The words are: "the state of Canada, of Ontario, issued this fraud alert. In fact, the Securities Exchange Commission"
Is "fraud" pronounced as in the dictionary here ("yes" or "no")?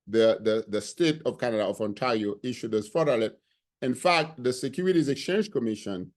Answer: no